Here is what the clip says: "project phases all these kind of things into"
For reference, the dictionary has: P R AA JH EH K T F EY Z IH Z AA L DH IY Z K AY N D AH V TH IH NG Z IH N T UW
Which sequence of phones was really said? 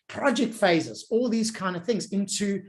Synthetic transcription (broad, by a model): P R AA JH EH K T F EY Z IH Z AA L DH IY Z K AY N D AH V TH IH NG Z IH N T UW